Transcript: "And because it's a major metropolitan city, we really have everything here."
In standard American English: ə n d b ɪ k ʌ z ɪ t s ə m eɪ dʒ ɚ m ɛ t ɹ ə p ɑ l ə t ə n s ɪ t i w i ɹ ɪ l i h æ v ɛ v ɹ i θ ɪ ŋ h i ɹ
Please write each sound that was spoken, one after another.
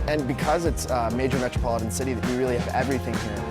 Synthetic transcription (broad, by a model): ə n b ɪ k ʌ z ɪ t s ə m eɪ dʒ ɚ m ɛ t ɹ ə p ɑ l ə t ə n s ɪ t i w i ɹ ɪ l i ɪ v ɛ v ɹ i θ ɪ ŋ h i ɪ